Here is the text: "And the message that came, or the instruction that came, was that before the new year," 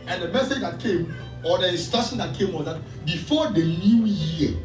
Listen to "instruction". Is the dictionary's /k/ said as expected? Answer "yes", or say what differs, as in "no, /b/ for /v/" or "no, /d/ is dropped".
no, /k/ is dropped